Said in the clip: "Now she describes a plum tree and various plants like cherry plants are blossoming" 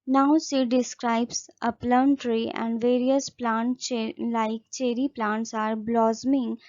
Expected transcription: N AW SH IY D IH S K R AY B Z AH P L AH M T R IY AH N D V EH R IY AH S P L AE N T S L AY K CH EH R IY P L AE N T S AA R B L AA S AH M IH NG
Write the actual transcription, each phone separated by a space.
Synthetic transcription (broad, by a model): N AW S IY D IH S K R AY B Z AH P L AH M T R IY AH N D V EH R IY AH S P L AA N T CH L AY K CH EH R IY P L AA N T S AA R B L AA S M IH NG